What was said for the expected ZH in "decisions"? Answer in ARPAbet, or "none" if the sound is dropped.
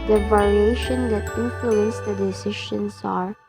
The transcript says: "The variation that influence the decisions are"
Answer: SH